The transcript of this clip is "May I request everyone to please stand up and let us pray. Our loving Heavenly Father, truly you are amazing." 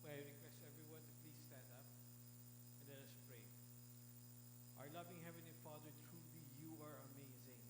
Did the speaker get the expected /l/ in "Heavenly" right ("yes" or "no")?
no